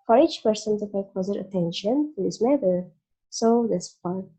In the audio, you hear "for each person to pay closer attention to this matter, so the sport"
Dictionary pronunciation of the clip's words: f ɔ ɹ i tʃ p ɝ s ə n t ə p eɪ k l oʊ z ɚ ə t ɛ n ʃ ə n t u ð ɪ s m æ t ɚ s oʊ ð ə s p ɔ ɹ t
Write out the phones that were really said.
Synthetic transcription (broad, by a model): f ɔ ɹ i tʃ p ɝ s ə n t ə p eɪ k oʊ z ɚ ə t ɛ n ʃ ə n t u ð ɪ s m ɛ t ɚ s oʊ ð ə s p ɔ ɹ